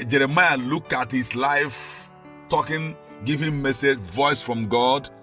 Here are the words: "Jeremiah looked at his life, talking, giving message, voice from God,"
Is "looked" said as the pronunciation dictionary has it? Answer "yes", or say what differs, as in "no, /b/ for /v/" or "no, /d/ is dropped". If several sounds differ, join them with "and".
no, /t/ is dropped